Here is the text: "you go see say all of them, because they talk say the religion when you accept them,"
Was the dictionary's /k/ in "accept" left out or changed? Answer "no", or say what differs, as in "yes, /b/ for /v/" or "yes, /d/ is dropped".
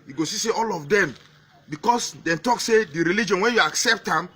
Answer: no